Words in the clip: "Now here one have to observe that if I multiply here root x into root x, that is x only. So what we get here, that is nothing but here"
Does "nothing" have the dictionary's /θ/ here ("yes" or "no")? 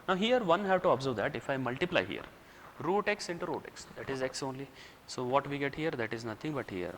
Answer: no